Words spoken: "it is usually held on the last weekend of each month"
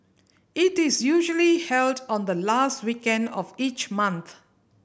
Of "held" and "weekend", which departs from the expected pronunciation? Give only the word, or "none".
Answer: none